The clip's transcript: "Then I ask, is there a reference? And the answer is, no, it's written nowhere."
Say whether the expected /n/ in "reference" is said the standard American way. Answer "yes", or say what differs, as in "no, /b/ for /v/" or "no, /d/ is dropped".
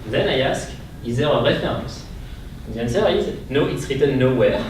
no, /n/ is dropped